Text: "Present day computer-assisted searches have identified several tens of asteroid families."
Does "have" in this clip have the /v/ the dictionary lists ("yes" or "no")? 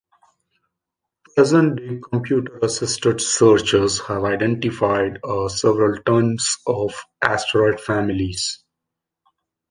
yes